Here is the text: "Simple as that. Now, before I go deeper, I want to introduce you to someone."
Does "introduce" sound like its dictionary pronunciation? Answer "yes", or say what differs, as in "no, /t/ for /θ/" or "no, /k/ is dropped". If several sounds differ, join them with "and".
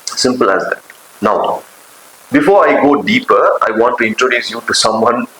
yes